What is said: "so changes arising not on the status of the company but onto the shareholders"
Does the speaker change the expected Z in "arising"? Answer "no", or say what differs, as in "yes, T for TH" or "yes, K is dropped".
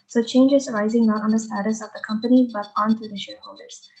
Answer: no